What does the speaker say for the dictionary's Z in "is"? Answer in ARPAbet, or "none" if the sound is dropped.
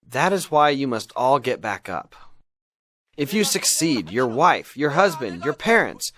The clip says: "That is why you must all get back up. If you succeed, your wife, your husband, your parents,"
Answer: Z